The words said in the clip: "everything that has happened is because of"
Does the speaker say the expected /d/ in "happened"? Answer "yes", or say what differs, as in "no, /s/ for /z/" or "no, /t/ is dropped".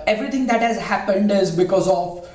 yes